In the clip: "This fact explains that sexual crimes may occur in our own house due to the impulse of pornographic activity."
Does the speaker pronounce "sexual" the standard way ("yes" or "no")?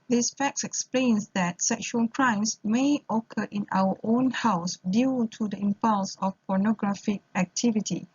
yes